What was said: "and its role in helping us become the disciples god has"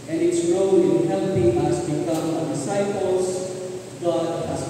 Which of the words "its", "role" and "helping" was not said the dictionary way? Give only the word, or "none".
role